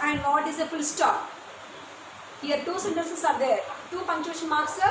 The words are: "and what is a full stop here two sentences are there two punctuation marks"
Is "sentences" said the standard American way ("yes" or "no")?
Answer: no